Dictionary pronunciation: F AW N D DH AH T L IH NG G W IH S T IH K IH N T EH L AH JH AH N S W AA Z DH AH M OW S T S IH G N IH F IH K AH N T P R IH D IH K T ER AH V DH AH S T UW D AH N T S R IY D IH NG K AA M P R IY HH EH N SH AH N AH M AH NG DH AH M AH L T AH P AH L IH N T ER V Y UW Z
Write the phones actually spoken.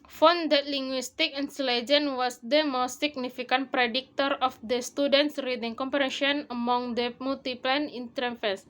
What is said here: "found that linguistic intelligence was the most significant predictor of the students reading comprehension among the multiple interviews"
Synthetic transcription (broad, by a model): F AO N D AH T L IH NG G W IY S T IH K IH N S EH L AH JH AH N W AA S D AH M OW S T S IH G N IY F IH K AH N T P R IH D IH K T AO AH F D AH S T UW D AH N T S R IY D IH NG K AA M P R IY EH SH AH N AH M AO NG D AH M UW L T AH P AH N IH N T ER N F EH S